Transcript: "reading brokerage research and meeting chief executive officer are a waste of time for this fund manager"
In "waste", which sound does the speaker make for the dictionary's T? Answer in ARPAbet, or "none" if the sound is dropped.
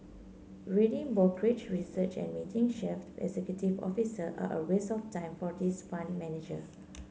none